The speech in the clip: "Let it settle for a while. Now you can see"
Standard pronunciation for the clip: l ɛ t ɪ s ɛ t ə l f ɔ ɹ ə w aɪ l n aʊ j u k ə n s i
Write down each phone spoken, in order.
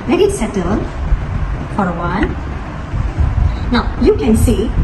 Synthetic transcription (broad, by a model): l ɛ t ɪ s ɛ t ə l f ɔ ɹ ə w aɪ n n aʊ j u k ə n s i